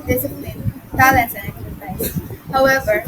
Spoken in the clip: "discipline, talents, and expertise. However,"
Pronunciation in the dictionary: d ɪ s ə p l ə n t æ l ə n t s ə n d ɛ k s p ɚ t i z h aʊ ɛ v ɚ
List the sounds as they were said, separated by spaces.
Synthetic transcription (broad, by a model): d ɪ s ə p l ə n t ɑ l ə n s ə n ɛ k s ɚ s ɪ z h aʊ ɛ v ɚ